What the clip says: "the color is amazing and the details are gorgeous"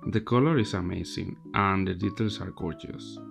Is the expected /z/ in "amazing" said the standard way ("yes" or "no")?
no